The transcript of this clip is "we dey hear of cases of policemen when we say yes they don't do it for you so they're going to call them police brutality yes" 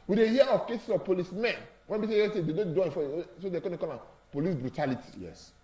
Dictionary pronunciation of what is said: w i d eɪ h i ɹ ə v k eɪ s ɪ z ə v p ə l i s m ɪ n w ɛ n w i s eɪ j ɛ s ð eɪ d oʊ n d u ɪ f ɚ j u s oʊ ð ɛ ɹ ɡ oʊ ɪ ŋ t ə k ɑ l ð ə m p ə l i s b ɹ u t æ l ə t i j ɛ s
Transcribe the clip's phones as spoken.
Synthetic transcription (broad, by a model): w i d eɪ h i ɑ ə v k eɪ s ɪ s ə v p ə l i s m ɪ n w ɛ n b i s eɪ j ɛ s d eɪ d oʊ n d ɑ ɪ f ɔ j s oʊ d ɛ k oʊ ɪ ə k ɑ l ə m p ə l i s b ɹ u t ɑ l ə t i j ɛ s